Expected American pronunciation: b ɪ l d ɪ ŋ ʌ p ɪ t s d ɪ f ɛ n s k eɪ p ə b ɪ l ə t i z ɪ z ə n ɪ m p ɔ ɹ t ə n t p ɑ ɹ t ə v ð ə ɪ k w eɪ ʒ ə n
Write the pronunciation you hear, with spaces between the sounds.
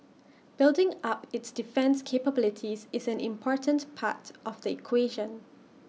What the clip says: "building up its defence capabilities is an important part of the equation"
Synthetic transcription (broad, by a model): b ɪ l d ɪ ŋ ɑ p ɪ t s d ɪ f ɛ n s k eɪ p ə b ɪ l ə t i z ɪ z ə n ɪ m p ɔ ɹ t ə n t p ɑ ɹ t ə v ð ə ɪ k w eɪ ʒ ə n